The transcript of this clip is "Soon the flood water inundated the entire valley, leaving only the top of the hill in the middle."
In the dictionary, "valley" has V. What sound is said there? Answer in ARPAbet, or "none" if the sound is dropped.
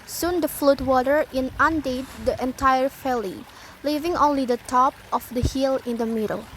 F